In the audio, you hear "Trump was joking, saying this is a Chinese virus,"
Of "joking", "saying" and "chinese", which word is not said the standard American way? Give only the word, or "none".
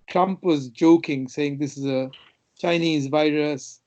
none